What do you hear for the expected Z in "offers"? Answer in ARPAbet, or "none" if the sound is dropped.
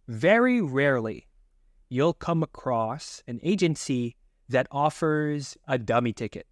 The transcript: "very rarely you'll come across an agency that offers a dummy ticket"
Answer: Z